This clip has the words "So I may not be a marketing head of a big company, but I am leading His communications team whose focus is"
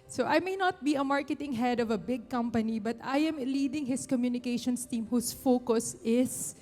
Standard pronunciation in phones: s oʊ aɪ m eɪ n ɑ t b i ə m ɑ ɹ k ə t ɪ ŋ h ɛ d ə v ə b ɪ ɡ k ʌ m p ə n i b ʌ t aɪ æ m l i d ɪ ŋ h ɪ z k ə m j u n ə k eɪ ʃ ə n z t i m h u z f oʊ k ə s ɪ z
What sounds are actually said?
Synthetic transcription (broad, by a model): s oʊ aɪ m eɪ n ɑ t b i ə m ɑ ɹ k ə t ɪ ŋ h ɛ d ə v ə b ɪ ɡ k ʌ m p ə n i b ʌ t aɪ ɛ m l i d ɪ ŋ h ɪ s k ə m j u n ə k eɪ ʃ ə n s t i m h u s f oʊ k ə s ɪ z